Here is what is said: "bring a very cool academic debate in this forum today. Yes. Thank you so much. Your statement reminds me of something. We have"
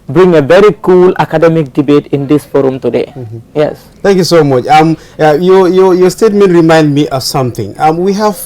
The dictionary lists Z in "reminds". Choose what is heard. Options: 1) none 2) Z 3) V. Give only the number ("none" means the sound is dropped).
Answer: 1